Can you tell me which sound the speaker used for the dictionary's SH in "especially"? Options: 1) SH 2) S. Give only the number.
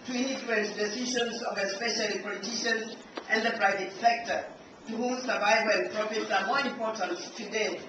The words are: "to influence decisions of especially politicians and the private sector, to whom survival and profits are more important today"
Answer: 1